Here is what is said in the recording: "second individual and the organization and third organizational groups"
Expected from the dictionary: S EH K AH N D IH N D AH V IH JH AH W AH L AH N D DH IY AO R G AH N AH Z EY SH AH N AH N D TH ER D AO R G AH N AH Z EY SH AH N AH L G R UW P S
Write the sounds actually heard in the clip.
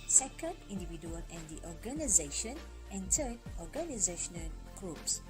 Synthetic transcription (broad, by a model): S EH K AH N D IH N D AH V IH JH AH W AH L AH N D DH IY AO R G AH N AH Z EY SH AH N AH N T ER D AO R G AH N AH Z EY SH AH N AH L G R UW P S